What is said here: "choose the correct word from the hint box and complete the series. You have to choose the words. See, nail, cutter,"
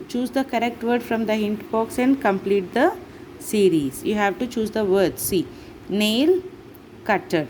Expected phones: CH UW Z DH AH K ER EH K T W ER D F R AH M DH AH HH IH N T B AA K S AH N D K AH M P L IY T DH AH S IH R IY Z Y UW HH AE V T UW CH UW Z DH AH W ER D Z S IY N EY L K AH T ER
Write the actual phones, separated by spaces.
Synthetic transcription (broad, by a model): CH UW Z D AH K ER EH K T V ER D F R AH M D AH HH IH N T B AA K S AH N D K AH M P L IY T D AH S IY R IY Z Y UW HH AE V T UW CH UW Z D AH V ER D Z S IY N EY L K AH T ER